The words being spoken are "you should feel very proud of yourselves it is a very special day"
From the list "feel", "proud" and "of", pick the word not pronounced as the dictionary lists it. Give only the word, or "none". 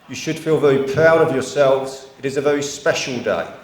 none